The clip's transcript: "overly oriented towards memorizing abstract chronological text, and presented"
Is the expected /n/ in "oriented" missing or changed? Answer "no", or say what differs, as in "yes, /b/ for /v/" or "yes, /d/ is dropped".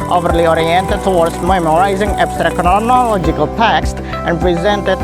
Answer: no